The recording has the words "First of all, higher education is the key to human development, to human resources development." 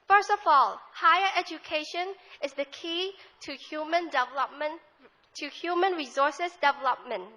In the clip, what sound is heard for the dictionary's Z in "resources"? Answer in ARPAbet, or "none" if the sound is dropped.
S